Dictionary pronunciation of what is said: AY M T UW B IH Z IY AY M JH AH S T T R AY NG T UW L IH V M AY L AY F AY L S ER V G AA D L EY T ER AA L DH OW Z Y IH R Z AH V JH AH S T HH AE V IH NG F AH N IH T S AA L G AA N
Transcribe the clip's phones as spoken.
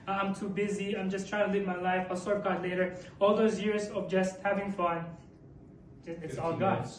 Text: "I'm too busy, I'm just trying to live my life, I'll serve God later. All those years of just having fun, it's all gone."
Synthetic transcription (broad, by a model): AY M T UW B IH Z IY AY M JH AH S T T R AY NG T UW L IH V M AY L AY F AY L S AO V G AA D L EY T ER AA L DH OW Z Y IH R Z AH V JH AH S T HH AE V IH NG F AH N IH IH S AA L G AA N